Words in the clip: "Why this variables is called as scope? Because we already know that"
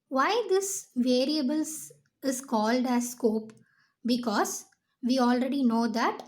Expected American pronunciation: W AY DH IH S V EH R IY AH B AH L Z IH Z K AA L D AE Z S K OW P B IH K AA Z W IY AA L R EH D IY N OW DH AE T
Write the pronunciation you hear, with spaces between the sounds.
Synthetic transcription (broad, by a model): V AY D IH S V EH R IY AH B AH L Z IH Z K AA L D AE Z S K OW P B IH K AA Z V IY AA L R EH D IY N OW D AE T